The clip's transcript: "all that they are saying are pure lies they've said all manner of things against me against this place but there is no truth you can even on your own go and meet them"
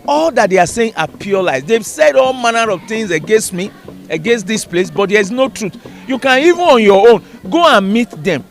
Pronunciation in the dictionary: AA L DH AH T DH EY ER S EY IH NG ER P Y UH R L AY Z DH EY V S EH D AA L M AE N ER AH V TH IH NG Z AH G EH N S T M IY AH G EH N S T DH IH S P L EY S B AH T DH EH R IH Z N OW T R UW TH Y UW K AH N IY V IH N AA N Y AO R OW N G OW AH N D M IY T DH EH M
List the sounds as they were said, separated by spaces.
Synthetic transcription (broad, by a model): AA L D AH T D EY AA S EY IH NG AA P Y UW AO L AY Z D EY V S EH D AA L M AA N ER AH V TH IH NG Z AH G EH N S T M IY AH G EH N S T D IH S P L EY S B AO T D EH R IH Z N OW T R UW T Y UW K AH N IY V IH N AA N Y AO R OW N G OW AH N M IY T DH EH M